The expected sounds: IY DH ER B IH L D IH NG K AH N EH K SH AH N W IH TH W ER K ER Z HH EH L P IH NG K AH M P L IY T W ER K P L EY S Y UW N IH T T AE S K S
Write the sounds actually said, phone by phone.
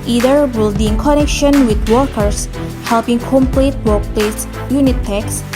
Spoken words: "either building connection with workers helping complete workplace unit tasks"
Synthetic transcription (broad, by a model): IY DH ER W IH L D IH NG K AH N EH K SH AH N W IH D W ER K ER S HH EH L P IH NG K AH M P L IY T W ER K P L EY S Y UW N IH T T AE K S